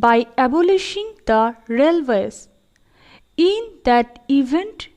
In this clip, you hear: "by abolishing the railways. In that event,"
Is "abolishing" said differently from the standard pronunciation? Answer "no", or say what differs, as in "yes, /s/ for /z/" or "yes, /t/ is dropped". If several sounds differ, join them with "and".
no